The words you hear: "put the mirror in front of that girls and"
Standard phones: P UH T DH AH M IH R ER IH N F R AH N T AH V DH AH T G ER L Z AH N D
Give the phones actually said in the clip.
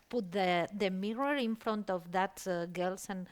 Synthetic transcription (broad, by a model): P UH T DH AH M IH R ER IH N F R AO N T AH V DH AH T G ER L S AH N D